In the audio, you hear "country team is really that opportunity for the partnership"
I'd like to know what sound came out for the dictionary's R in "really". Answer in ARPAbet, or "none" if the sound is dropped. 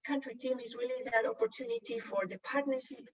W